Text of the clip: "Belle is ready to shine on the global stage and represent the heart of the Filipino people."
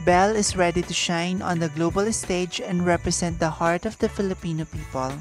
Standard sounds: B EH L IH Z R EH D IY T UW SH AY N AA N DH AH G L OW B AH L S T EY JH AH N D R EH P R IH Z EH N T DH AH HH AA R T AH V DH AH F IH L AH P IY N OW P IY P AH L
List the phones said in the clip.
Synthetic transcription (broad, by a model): B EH L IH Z R EH D IY T UW SH AY N AA N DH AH G L OW B AH L S T EY JH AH N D R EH P R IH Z EH N T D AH HH AA R T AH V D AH F IH L AH P IY N OW P IY P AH L